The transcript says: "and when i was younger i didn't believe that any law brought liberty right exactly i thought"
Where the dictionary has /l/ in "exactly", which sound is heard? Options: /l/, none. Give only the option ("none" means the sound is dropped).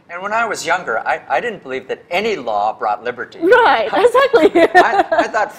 /l/